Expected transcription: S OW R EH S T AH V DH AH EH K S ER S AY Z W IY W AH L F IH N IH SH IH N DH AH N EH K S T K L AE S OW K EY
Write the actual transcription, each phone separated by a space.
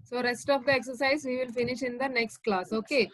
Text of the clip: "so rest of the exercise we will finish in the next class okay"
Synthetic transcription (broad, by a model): S OW R EH S T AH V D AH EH K S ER S AY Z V IY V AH L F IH N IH SH IH N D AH N EH K S T K L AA S OW K EY